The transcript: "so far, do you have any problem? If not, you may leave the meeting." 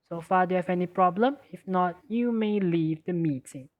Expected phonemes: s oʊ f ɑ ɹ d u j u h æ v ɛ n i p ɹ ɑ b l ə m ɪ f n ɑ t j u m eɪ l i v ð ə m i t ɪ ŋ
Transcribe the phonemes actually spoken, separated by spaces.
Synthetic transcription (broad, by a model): s oʊ f ɑ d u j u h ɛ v ɛ n i p ɹ ɑ b l ə m ɪ f n ɑ t j u m eɪ l i v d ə m i t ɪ ŋ